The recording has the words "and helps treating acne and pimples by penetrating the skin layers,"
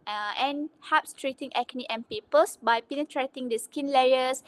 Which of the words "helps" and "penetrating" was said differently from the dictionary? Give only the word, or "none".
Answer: helps